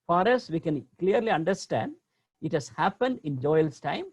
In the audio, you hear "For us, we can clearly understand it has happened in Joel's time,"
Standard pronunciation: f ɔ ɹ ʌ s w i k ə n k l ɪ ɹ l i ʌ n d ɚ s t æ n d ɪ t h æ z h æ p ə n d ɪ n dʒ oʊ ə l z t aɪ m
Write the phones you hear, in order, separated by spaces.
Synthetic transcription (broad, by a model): f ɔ ɹ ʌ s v i k ə n k l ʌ ɹ l i ʌ n d ɚ s t æ n d ɪ t h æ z h æ p ə n d ɪ n dʒ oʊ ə l s t aɪ m